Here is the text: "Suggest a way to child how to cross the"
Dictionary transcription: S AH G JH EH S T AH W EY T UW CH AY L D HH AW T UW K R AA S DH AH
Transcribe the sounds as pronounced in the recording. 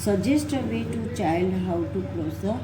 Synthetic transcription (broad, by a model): S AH JH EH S T AH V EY T UW CH AY L D HH AW T UW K L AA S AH